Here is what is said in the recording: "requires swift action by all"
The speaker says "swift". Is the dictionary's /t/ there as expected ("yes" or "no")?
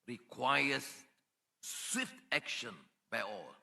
yes